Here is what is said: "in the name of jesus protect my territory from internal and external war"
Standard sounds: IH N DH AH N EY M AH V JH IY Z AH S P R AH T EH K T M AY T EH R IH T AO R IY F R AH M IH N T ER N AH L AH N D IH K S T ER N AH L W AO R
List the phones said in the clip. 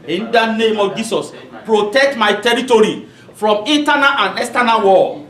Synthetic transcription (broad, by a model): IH N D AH N EY M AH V JH IY S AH S P R AH T EH K T M AY T EH R IH T AO R IY F R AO M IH N T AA N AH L AH N D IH S T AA N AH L W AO